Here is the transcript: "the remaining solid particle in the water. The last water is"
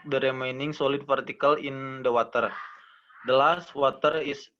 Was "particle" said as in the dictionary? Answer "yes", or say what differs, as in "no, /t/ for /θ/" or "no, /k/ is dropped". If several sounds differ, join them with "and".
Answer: no, /f/ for /p/